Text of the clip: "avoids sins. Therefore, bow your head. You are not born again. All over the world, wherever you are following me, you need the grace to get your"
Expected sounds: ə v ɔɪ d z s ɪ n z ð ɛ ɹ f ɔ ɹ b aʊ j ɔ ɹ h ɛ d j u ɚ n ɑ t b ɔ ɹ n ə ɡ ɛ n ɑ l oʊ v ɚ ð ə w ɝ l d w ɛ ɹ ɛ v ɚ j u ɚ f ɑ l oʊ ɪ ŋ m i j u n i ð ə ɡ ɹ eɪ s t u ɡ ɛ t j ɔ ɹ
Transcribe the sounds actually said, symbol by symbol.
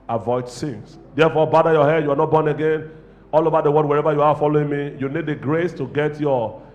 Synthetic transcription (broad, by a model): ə v ɔɪ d s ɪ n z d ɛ f ɔ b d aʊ j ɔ h ɛ d j u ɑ n ɑ t b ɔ n ə ɡ ɛ n ɑ l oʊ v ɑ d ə w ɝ d w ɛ ɹ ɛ v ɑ j u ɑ f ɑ l oʊ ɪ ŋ m i j u n i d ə ɡ ɹ eɪ s t u ɡ ɛ t j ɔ